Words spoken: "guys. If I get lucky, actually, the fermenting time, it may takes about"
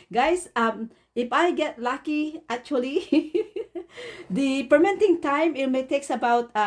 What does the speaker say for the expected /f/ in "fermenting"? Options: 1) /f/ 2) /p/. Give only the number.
2